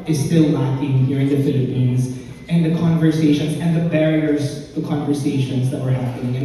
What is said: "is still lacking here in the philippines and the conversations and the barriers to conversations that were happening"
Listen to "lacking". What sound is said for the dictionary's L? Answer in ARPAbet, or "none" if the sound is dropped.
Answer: N